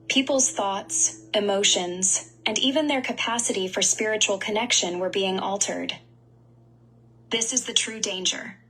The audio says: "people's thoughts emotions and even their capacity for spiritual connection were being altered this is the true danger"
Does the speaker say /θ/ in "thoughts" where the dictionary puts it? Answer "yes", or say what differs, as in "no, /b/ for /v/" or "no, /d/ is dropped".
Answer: yes